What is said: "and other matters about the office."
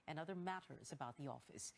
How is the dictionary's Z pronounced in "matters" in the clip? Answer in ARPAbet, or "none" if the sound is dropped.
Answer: Z